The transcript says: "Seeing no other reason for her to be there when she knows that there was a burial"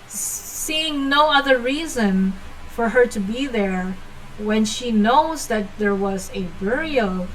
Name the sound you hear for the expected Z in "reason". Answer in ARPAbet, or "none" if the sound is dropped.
Z